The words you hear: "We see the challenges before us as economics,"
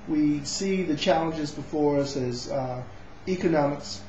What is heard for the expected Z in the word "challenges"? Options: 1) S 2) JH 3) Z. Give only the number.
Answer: 3